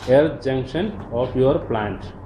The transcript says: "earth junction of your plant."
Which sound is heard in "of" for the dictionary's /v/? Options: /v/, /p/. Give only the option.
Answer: /p/